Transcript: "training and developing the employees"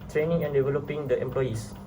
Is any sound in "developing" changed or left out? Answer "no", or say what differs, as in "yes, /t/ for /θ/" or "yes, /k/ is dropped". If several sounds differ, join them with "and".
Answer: no